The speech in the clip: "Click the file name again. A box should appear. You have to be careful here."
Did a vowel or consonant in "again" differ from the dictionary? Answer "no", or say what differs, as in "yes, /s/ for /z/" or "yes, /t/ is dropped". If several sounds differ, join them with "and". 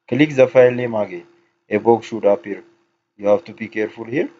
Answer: yes, /n/ is dropped